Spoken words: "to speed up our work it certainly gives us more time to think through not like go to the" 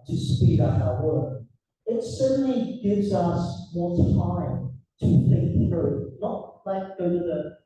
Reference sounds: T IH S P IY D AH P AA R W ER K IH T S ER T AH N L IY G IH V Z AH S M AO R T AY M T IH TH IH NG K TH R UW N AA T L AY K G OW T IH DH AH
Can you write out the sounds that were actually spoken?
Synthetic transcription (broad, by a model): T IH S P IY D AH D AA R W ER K IH T S ER T N L IY G IH V Z AH S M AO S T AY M T IH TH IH K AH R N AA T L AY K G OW T IH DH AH